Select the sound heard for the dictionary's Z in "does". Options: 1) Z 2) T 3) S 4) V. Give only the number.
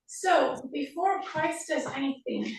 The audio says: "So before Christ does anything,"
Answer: 1